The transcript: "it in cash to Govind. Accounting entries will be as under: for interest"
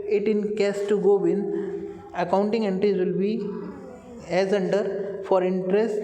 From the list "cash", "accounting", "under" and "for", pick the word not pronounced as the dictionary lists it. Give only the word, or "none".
cash